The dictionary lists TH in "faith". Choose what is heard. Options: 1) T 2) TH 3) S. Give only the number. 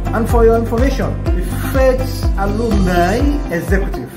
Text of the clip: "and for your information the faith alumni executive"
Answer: 3